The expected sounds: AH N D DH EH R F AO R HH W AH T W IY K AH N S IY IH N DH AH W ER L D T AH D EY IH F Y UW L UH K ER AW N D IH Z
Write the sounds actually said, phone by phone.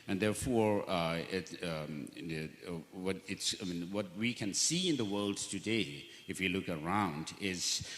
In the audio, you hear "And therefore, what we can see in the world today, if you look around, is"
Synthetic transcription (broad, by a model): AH N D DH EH R F AO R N W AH T W IY K AH N S IY IH N DH AH W ER L D T AH D EY IH F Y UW L UH K ER AW N D IH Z